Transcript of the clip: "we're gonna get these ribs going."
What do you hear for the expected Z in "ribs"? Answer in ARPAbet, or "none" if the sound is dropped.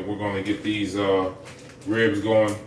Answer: Z